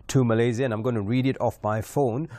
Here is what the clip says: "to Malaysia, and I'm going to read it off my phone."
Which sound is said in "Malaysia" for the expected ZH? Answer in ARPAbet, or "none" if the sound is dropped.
Z